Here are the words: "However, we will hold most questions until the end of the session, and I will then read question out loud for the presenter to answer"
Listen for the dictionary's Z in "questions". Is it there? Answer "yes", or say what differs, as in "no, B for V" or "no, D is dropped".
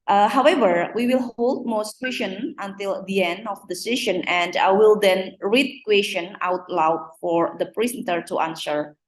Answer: no, Z is dropped